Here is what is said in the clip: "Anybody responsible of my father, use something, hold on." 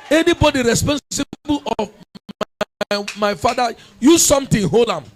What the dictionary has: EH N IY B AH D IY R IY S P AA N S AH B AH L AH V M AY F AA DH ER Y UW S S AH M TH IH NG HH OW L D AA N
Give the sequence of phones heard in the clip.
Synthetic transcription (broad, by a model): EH N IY B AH D IY R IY S P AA N S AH B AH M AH M AY F AA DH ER Y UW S S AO M T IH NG HH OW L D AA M